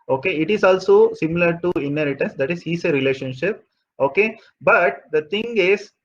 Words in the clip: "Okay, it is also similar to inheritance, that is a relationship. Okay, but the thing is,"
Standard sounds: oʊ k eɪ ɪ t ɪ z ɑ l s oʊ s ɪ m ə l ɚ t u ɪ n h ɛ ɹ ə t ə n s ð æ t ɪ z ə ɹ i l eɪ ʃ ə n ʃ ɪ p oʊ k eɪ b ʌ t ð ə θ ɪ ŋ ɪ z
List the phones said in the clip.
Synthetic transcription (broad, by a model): oʊ k eɪ ɪ t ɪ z ɑ l s oʊ s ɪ m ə l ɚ t u ɪ n h ɛ ɹ ə t ə n s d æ t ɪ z ə ɹ i l eɪ ʃ ə n ʃ ɪ p oʊ k eɪ b ʌ t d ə t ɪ ŋ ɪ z